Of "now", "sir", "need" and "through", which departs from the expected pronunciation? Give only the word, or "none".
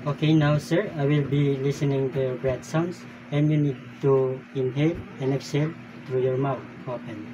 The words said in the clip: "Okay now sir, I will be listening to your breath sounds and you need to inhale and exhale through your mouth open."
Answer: through